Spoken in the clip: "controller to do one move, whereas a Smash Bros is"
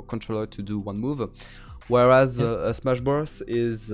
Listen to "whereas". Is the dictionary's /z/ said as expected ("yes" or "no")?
yes